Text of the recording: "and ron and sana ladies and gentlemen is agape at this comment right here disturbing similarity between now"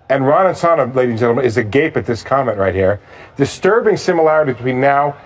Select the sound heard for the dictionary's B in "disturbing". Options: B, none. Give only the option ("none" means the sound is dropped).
B